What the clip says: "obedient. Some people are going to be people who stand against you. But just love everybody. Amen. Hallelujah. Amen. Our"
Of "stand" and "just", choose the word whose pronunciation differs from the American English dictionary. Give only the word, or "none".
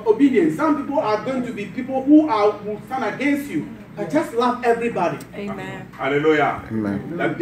stand